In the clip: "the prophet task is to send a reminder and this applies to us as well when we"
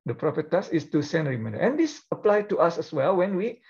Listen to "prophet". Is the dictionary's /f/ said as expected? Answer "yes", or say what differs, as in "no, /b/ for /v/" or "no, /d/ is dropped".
no, /p/ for /f/